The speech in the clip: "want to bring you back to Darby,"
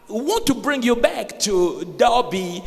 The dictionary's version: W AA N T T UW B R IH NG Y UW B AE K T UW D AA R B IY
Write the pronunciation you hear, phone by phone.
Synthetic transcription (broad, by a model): W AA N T T UW B R IH NG Y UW B AE K T UW D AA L B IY